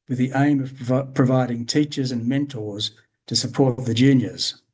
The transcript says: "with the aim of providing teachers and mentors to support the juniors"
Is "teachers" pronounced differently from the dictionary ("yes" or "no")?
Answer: no